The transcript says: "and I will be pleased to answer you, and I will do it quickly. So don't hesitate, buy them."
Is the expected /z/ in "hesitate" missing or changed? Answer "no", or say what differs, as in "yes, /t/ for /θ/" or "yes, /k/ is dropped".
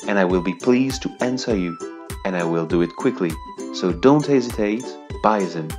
no